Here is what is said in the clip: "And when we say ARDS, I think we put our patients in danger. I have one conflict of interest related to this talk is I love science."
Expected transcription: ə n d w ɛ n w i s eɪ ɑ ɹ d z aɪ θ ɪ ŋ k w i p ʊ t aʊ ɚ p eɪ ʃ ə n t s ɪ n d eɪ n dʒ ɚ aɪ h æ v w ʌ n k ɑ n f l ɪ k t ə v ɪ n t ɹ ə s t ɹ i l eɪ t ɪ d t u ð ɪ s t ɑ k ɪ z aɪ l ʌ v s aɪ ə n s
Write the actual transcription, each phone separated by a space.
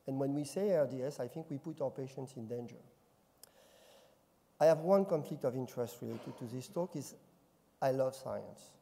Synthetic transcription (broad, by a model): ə n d w ɛ n w i s eɪ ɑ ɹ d s aɪ θ ɪ ŋ k w i p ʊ t aʊ ɚ p eɪ ʃ ə n t s ɪ n d eɪ n dʒ ɚ aɪ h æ v w ʌ n k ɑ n f l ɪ k t ə v ɪ n t ɹ ə s t ɹ i l eɪ t ɪ d t u ð ɪ s t ɑ k ɪ z aɪ l ʌ v s aɪ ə n s